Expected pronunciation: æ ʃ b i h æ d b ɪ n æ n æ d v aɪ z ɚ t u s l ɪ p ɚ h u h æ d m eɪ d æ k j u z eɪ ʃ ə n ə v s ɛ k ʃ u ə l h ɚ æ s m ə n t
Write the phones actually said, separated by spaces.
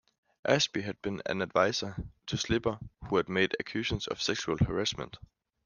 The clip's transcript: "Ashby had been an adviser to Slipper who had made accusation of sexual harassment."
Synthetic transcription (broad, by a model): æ s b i h æ d b ɪ n æ n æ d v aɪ s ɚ s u s l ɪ b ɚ h u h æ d m eɪ d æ k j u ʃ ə n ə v s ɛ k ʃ u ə l h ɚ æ s m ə n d